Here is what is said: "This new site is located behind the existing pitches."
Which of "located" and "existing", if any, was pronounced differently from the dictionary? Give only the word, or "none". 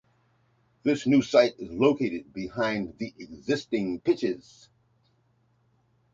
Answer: none